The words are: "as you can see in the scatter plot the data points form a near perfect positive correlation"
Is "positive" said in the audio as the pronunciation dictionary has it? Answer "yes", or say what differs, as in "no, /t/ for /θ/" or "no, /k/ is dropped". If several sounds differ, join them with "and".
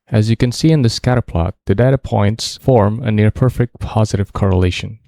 yes